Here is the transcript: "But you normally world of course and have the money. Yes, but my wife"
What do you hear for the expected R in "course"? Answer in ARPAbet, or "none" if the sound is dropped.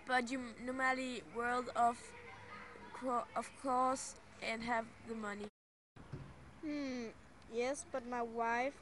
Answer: L